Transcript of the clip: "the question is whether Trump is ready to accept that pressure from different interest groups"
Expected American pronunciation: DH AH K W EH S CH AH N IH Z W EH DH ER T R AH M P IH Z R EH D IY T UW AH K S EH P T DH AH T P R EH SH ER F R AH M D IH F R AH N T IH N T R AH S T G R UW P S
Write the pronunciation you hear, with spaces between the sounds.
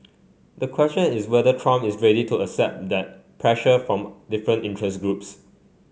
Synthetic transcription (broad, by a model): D AH K W EH S CH AH N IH S W EH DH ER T R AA M IH S R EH D IY T UW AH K S EH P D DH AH T P R EH SH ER F R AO M D IH F R AH N T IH N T R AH S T G R UW P S